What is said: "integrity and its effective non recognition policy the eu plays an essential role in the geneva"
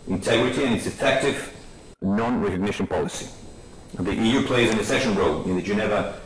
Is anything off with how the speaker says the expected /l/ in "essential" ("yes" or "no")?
yes